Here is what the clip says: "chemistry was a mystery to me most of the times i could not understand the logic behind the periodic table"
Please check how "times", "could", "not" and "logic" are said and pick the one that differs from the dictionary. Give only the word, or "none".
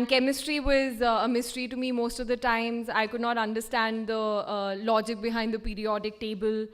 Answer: none